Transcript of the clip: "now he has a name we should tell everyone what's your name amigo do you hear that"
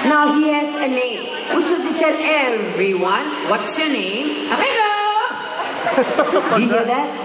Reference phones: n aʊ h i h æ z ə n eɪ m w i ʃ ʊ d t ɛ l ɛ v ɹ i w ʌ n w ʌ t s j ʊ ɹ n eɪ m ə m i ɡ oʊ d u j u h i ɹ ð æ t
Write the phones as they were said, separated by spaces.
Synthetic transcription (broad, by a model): n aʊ h i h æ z ə n eɪ m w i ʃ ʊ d s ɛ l ɛ v ɹ i w ʌ n w ʌ t s j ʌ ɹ n eɪ m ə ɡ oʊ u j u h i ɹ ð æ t